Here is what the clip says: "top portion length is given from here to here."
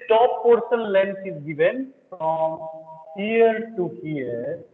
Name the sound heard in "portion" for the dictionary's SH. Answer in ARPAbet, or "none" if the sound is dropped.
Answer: S